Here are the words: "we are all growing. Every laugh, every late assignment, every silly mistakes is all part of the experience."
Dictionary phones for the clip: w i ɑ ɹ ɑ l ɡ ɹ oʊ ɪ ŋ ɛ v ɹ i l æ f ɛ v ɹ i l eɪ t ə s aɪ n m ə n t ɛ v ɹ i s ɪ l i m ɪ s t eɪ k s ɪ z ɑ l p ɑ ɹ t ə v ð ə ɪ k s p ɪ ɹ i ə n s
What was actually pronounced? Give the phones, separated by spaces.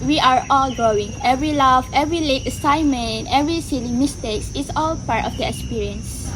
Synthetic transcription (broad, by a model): w i ɑ ɹ ɑ l ɡ ɹ oʊ ɪ ŋ ɛ v ɹ i l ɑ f ɛ v ɹ i l eɪ t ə s aɪ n m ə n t ɛ v ɹ i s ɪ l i m ɪ s t eɪ k s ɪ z ɑ l p ɑ ɹ t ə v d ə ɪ k s p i ɹ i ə n s